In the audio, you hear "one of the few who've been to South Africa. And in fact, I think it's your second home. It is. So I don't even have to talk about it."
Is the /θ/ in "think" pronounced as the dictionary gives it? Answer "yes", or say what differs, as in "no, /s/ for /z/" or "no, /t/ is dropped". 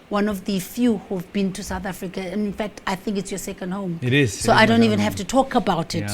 yes